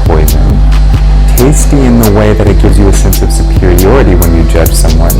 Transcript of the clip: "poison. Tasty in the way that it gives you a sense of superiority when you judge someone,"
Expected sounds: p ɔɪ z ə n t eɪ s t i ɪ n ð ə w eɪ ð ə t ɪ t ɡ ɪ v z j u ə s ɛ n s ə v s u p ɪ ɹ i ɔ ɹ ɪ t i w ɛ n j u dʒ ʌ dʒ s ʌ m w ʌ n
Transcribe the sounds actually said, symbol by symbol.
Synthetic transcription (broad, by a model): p ɔɪ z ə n t eɪ s t i ɪ n ð ə w eɪ ð ə t ɪ t ɡ ɪ v z j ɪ ə s ɛ n s ə v s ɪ p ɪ ɹ i ɔ ɹ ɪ t i w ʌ n j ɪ dʒ ʌ dʒ s ʌ m w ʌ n